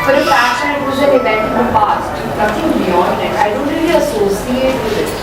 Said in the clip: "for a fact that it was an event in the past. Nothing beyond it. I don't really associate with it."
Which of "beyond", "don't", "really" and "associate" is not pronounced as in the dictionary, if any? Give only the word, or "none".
beyond